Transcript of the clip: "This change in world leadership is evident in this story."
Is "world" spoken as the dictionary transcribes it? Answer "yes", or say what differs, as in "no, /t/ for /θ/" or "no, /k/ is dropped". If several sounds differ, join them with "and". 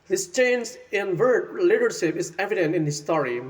no, /l/ is dropped